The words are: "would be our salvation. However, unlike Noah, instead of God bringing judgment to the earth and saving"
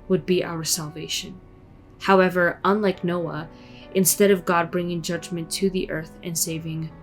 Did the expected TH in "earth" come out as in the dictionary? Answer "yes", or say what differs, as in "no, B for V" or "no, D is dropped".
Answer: yes